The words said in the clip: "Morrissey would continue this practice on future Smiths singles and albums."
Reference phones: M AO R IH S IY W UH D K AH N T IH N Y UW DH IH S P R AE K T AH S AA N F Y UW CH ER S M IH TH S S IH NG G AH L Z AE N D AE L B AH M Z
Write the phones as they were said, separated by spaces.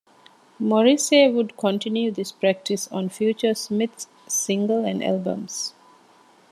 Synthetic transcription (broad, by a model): M AO R IH S IY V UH D K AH N T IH N Y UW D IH S P R AE K T AH S AA N F Y UW CH ER S M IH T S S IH NG G AH L AE N D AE L B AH M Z